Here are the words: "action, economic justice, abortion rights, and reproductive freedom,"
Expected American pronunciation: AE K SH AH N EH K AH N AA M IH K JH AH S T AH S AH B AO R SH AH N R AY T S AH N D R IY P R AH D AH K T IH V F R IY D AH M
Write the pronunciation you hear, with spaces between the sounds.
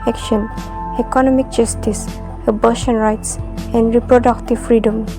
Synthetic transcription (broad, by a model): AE K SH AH N EH K AH N AA M IH K JH AH S T AH S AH B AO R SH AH N R AY T S AH N D R IY P R AH D AH K T IH V F R IY D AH M